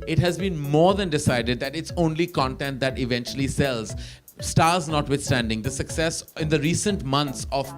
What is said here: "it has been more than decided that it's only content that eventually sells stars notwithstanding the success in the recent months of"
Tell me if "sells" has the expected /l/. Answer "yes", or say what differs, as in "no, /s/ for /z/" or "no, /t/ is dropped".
yes